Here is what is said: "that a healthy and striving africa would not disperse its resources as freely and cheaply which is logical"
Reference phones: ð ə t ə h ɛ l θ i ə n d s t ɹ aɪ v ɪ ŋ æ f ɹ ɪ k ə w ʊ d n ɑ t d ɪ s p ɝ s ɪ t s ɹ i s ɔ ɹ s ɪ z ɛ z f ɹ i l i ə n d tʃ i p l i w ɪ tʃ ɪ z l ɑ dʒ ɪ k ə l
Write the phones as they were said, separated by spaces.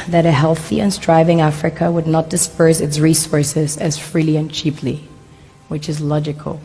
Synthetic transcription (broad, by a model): ð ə t ə h ɛ l θ i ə n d s t ɹ aɪ v ɪ ŋ æ f ɹ ɪ k ə w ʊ d n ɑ t d ɪ s p ɝ s ɪ t s ɹ i s ɔ ɹ s ɪ z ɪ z f ɹ i l i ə n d tʃ i p l i w ɪ tʃ ɪ z l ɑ dʒ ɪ k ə l